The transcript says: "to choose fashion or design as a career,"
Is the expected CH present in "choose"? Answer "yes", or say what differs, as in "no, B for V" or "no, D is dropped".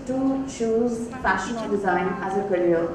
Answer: no, SH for CH